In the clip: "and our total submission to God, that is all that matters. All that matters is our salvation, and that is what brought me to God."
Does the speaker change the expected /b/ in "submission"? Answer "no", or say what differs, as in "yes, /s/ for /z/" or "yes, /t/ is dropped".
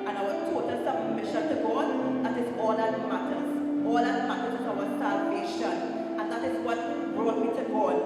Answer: yes, /b/ is dropped